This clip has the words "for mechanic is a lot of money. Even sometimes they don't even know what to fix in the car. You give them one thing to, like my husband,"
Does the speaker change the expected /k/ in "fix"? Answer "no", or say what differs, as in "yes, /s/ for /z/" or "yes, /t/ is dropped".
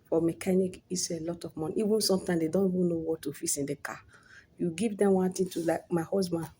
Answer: yes, /k/ is dropped